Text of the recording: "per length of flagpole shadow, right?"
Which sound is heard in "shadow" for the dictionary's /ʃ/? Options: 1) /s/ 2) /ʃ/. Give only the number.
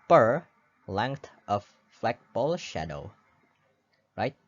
2